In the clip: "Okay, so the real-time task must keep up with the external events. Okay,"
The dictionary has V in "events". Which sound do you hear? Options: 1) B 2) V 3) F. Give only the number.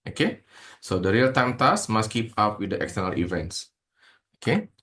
2